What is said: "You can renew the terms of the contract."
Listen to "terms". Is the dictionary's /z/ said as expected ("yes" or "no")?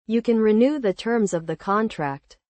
yes